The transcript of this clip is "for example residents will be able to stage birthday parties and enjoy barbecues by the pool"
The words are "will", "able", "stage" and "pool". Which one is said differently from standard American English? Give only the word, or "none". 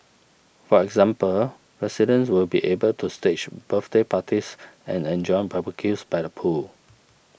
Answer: stage